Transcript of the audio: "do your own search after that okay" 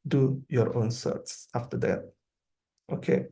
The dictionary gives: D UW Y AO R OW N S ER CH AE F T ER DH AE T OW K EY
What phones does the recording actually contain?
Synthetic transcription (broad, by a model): D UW Y AO R OW N S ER S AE F T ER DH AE T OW K EY